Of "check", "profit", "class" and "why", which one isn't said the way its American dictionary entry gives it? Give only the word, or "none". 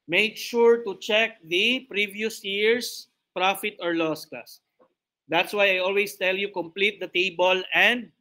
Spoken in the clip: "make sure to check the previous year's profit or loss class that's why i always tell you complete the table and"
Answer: class